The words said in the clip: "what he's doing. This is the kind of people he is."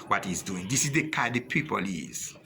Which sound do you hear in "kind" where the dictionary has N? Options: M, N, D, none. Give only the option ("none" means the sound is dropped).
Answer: none